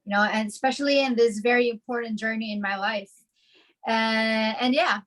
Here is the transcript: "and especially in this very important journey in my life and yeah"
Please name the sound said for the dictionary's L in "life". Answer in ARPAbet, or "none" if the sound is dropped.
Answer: L